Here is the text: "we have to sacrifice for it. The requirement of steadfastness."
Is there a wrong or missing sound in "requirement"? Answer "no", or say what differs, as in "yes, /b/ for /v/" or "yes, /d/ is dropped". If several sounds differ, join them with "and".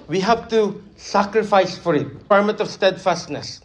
yes, /n/ is dropped